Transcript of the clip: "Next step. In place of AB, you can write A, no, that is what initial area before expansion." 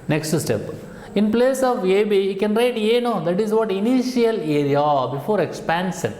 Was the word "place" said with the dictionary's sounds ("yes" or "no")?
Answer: yes